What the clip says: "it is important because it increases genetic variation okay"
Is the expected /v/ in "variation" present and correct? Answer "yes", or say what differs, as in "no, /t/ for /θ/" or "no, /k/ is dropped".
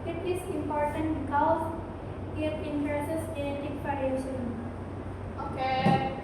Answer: no, /f/ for /v/